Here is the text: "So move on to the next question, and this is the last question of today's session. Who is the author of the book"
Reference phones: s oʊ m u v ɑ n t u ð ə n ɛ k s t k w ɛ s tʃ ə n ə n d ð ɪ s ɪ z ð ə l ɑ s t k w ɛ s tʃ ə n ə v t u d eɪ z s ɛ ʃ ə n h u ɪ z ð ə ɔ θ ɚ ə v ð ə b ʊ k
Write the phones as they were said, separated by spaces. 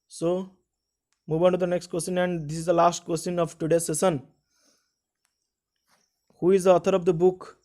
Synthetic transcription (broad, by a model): s oʊ m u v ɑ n t u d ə n ɛ k s t k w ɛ s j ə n ə n d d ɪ s ɪ z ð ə l ɑ s t k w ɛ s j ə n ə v t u d eɪ s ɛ s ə n h u ɪ z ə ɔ t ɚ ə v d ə b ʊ k